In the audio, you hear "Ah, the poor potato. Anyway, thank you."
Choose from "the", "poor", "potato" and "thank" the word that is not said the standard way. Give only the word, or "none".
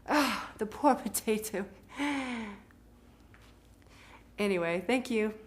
none